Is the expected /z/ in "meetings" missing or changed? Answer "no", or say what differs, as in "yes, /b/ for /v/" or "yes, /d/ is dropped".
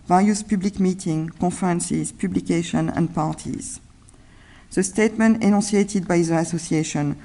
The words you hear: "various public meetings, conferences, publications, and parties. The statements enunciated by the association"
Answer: yes, /z/ is dropped